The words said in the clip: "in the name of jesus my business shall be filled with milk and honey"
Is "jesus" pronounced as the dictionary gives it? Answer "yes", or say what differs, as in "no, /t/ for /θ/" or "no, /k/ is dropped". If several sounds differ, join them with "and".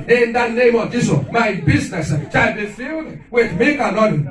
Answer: no, /s/ is dropped